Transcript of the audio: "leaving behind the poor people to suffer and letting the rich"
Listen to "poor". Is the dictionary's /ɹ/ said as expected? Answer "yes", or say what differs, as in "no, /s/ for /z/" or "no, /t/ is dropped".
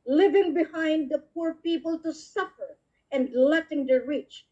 yes